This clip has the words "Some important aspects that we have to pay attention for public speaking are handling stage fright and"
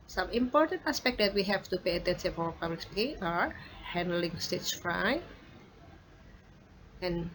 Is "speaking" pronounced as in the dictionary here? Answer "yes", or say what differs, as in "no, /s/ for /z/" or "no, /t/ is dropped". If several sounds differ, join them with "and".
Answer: no, /k/ is dropped